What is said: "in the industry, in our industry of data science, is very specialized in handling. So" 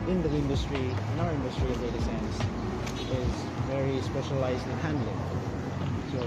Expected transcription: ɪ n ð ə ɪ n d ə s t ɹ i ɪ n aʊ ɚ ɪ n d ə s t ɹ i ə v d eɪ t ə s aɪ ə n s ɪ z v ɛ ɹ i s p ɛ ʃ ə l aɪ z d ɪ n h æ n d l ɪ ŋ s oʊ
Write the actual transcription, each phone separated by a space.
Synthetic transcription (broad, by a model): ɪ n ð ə ɪ n d ə s t ɹ i ɪ n aʊ ɚ ɪ n d ə s t ɹ i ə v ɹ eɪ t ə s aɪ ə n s ɪ z v ɛ ɹ i s p ɛ ʃ ə l aɪ z d ɪ n h æ n d l ɪ ŋ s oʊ